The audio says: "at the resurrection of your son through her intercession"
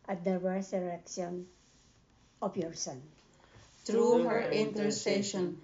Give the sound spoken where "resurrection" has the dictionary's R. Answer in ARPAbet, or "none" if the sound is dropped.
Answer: W